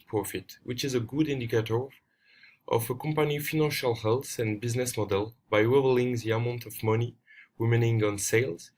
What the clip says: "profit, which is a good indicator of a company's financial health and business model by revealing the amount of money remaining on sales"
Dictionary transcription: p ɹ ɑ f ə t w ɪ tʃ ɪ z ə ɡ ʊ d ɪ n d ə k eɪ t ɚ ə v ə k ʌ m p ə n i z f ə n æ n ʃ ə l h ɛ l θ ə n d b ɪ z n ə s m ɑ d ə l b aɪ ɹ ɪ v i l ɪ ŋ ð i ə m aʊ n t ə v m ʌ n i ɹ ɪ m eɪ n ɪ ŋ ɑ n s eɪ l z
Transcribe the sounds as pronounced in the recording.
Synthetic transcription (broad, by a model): p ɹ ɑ f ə t w ɪ tʃ ɪ z ə ɡ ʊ d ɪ n d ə k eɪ t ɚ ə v ə k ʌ m p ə n i f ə n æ n ʃ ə l h ɛ l θ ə n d b ɪ z n ə s m ɑ d ə l b aɪ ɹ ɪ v l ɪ ŋ ð i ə m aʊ n t ə v m ʌ n i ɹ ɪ m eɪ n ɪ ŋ ɑ n s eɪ l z